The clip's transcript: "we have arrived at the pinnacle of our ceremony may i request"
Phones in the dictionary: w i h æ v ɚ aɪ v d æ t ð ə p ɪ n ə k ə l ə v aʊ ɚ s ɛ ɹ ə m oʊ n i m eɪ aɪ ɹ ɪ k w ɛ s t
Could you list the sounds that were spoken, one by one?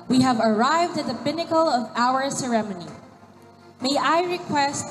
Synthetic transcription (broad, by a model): w i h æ v ɚ aɪ v d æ t ð ə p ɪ n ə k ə l ə v aʊ ɚ s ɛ ɹ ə m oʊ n i m eɪ aɪ ɹ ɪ k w ɛ s t